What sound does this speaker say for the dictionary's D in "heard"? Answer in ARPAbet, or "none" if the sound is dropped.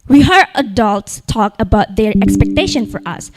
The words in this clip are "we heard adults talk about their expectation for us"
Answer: none